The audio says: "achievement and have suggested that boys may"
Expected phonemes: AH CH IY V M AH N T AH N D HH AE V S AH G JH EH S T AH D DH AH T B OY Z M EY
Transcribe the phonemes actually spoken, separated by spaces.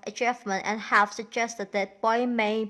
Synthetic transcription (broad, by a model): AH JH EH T M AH N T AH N HH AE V S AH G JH EH S T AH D DH AH T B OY M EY